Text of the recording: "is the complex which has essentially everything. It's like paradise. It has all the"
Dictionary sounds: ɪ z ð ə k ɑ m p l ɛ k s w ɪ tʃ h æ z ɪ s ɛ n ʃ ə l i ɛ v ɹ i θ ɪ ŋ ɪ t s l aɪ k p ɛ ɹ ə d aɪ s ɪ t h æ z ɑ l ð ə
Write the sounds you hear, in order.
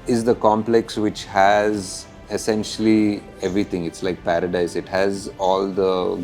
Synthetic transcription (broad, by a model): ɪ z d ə k ɑ m p l ɛ k s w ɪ tʃ h æ z ɪ s ɛ n ʃ ə l i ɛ v ɹ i t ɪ ŋ ɪ t s l aɪ k p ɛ ɹ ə d aɪ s ɪ t h æ z ɑ l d ə